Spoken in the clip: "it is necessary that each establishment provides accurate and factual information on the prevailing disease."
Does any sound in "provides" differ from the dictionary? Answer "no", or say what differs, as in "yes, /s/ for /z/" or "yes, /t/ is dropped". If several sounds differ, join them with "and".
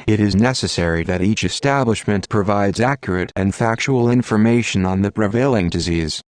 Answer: no